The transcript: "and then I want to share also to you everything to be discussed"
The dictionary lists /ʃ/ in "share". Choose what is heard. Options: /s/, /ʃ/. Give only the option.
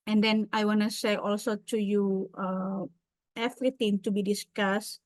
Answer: /s/